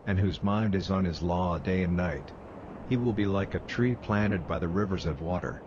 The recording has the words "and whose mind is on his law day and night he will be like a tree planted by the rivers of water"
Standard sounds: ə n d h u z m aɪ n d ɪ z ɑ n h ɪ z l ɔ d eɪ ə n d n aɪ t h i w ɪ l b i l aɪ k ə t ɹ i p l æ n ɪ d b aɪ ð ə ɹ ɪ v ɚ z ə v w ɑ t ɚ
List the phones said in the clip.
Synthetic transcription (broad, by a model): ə n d h u z m aɪ n d ɪ z n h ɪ z l ɔ d eɪ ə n n aɪ t h i w ɪ l b i l aɪ k ə t ɹ i p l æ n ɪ d b aɪ ð ə ɹ ɪ v ɚ z ə v w ɑ t ɚ